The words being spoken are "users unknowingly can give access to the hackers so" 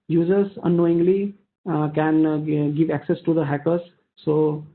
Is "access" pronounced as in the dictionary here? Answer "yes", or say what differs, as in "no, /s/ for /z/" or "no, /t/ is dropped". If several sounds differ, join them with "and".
yes